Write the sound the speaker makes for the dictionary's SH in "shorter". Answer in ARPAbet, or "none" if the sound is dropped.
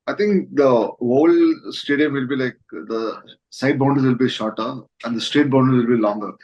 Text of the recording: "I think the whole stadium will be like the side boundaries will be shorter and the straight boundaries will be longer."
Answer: SH